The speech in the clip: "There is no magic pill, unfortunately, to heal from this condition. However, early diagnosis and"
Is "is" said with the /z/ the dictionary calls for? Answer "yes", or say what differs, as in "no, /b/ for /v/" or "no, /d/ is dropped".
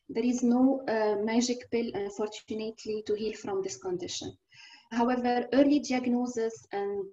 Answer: yes